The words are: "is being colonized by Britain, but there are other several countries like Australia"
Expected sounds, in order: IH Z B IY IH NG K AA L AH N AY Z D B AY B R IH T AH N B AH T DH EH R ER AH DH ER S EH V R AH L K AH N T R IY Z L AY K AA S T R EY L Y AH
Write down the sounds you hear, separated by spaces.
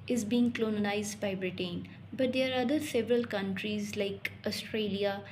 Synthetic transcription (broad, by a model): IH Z B IY IH NG K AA N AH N AY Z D B AY B R IH T AH N B AH T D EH R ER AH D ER S EH V R AH L K AH N T R IY Z L AY K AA S T R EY L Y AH